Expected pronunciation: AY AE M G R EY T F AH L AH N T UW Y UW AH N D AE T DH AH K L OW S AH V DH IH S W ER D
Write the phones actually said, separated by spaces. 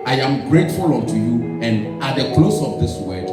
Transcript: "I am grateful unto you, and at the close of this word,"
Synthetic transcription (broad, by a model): AY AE M G R EY T F AH L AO T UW Y UW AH N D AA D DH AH K L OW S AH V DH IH S W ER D